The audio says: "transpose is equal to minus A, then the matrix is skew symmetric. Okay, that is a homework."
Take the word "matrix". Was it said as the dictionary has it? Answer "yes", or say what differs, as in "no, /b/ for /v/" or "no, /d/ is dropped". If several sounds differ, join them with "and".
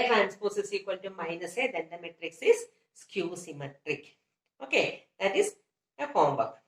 yes